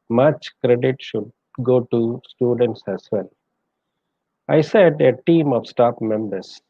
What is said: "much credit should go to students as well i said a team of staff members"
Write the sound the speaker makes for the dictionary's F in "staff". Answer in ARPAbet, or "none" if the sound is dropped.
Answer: P